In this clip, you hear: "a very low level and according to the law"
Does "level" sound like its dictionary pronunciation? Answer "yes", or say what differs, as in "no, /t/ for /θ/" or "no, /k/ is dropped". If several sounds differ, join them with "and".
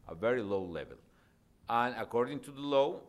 yes